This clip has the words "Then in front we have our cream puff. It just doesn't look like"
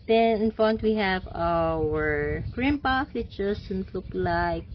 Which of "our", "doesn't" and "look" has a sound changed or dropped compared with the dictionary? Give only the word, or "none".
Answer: doesn't